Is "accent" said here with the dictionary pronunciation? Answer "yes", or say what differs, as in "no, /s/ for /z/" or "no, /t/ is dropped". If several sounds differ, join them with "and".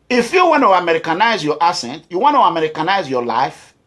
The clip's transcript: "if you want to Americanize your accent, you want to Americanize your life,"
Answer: no, /k/ is dropped